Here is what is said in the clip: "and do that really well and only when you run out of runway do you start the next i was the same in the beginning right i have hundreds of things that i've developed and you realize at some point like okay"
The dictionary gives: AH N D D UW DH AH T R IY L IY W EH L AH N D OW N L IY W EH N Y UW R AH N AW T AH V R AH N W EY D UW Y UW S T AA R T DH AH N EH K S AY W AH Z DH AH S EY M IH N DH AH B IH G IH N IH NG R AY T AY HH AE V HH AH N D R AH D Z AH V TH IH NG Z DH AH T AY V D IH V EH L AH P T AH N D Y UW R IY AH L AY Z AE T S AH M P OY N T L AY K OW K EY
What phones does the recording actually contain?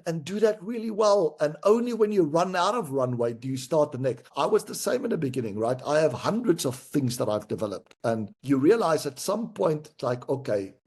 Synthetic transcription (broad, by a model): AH N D D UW DH AH T R IY L IY W EH L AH N OW N L IY W EH N Y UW R AH N AW T AH V R AH N W EY D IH Y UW S T AA R T DH AH N EH K S AY W AH Z DH AH S EY M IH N DH AH B IH G IH N IH NG R AY T AY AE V HH AH N D R AH D Z AH V TH IH NG Z DH AH T AY V D IH V EH L AH P T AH N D Y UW R IY AH L AY Z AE T S AH M P OY N T L AY K OW K EY